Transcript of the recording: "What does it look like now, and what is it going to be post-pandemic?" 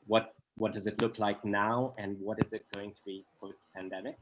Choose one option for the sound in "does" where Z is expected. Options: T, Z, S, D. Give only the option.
Z